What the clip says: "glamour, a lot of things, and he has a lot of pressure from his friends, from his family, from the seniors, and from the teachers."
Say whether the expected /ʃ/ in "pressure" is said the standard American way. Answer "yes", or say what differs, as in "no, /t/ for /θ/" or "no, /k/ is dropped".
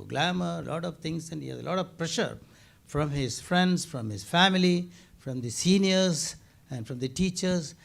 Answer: yes